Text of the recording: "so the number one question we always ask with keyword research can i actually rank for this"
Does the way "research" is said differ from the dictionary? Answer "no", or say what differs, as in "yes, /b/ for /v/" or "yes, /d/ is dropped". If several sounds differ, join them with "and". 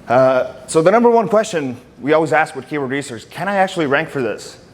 yes, /s/ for /tʃ/